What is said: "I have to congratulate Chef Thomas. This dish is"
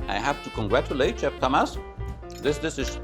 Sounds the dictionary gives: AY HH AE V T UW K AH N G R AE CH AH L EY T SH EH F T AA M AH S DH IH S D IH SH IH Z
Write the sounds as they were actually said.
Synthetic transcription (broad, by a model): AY HH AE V T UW K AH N G R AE CH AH L EY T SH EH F T AA M AH S DH IH S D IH S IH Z